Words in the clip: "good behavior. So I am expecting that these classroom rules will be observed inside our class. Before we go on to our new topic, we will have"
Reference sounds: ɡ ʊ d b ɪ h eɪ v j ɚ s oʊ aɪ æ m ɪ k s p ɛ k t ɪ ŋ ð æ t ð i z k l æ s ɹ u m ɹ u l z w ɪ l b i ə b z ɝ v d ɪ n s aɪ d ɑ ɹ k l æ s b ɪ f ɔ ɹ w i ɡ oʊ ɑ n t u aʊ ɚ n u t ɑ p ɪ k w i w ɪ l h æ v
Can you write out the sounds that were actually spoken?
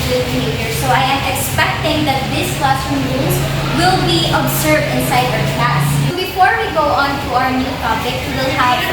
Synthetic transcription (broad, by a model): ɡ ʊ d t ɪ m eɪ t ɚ s oʊ aɪ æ m ɪ k s p ɛ k t ɪ ŋ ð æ t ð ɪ s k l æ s u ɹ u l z w ɪ l b i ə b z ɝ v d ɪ n s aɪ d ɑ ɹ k æ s b ɪ f ɔ ɹ w i ɡ oʊ ɑ n t u aʊ ɚ n u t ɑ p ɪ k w w ɪ l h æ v